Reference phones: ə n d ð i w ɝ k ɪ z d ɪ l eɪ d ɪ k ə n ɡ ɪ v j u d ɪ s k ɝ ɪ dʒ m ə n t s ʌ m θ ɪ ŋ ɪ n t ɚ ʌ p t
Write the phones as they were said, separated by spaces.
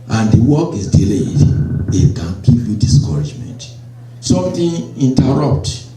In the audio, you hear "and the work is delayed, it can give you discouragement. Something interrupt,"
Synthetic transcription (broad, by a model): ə n d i w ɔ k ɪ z d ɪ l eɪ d ɪ k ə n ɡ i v j u d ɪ s k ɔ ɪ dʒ m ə n t s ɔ m t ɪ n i n t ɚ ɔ p t